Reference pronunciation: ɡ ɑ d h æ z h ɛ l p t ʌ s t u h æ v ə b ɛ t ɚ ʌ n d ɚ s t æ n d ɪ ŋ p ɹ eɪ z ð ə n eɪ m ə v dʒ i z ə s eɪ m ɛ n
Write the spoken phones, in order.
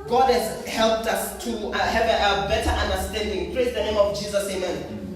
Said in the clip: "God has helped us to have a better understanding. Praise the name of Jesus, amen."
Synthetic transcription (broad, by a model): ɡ ɑ d h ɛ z h ɛ l p t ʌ s t u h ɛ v ə b ɛ t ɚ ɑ n d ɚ s t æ n d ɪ ŋ p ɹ eɪ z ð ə n eɪ m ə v dʒ i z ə s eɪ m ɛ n